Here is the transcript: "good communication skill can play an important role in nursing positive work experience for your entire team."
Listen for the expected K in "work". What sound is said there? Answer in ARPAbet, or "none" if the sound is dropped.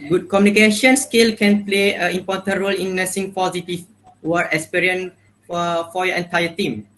none